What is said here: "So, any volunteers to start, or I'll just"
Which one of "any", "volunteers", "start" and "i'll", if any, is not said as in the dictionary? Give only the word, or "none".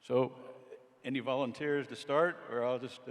none